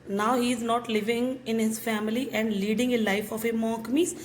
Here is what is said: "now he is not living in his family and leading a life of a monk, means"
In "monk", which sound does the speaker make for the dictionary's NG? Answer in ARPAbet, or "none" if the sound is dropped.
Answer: none